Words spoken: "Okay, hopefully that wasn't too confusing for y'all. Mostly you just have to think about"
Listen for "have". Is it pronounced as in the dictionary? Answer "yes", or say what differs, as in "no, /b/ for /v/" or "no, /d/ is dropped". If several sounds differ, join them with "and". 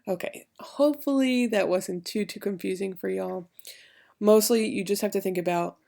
no, /f/ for /v/